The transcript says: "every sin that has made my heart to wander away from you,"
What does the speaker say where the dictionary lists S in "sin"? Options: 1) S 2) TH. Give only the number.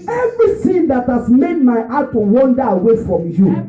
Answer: 2